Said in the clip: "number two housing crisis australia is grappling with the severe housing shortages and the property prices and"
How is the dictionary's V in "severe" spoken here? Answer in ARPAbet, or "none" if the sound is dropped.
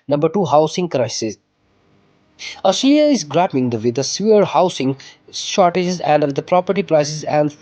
none